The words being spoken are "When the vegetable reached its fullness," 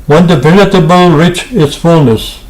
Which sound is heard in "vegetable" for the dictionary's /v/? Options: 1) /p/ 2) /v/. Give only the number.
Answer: 1